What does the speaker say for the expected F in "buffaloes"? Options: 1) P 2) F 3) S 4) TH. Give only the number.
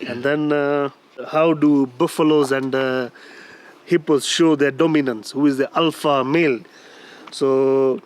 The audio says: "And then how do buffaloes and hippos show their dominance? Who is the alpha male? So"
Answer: 2